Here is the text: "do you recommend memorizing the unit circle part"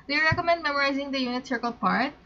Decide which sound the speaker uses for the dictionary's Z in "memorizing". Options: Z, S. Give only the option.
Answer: Z